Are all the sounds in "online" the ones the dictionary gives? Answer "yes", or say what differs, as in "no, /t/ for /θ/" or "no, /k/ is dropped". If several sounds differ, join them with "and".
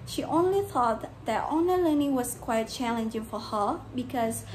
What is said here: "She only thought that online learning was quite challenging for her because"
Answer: no, /l/ is dropped